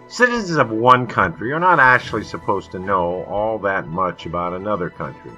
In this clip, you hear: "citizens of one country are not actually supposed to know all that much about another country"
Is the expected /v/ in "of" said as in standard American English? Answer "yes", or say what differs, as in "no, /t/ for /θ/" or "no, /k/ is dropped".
yes